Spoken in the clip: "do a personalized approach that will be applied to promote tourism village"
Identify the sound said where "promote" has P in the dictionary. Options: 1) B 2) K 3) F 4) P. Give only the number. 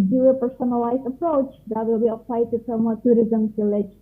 3